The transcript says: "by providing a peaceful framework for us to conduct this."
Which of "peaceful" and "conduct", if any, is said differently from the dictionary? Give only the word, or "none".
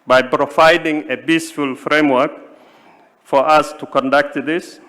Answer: peaceful